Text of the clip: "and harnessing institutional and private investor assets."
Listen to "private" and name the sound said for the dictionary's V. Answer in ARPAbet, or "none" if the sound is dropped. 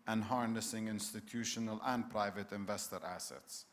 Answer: V